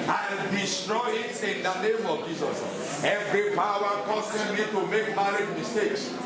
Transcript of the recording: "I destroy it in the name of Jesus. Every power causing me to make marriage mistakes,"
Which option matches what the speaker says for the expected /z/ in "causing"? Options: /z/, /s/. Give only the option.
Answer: /s/